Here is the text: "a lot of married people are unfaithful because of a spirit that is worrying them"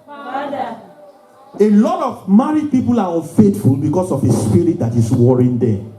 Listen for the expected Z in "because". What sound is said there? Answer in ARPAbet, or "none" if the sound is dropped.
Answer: S